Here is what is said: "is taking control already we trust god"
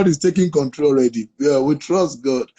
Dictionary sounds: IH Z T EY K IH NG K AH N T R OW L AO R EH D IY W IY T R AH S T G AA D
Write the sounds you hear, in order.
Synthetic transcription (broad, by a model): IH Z T EY K IH NG K AH N T R OW L R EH D IY W IY T R AH S T G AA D